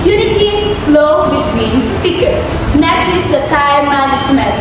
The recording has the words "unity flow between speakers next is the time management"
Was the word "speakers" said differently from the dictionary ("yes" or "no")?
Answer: yes